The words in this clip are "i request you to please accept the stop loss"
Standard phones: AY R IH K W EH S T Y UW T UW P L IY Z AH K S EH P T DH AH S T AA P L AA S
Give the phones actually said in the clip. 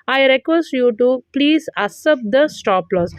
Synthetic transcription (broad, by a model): AY R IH K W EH S T Y UW T UW P L IY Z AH S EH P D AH S T AA P L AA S